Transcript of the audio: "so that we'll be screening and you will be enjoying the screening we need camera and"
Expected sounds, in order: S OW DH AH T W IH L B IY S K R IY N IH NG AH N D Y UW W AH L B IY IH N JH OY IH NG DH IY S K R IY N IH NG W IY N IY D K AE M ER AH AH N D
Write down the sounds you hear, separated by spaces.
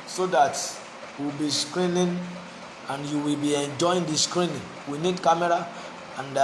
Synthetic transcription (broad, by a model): S OW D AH T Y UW W B IY S K R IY N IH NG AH N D Y UW W AH L B IY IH N JH OY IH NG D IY S K R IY N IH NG W IY N IY D K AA M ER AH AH N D